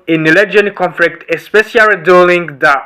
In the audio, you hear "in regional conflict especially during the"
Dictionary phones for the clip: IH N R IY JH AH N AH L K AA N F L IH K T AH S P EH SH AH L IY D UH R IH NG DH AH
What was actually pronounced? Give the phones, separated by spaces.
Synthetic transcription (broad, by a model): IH N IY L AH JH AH N K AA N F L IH K T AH S P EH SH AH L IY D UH L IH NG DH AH